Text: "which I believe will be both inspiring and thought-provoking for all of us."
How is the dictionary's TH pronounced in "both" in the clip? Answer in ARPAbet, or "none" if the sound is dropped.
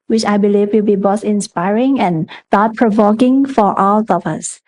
S